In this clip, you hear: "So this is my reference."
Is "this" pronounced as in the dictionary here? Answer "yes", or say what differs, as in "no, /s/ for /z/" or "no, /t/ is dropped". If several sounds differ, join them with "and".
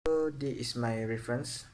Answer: no, /s/ is dropped